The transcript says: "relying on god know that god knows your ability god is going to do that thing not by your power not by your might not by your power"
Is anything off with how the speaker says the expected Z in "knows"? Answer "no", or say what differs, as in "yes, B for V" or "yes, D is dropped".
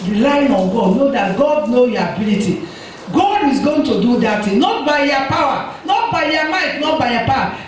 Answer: yes, Z is dropped